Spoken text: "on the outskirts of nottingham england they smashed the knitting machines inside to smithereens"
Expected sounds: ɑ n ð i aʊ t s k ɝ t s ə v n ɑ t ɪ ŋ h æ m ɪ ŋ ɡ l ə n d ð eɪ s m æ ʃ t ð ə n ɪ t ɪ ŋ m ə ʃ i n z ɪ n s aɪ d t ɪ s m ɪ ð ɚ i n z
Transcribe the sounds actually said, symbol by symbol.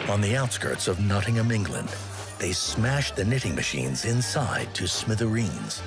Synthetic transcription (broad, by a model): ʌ n ð i aʊ t s k ɝ t s ə v n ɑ t ɪ ŋ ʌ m ɪ ŋ ɡ l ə n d ð eɪ s m æ ʃ ð ə n ɪ t ɪ ŋ m ə ʃ i n z ɪ n s aɪ d t ɪ s m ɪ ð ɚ i n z